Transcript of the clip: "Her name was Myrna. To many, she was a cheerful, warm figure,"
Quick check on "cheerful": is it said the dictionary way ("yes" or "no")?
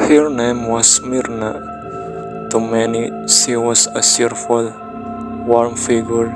no